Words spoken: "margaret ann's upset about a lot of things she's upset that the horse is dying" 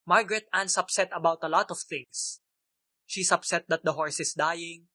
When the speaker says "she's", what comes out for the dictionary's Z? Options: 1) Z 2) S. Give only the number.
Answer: 2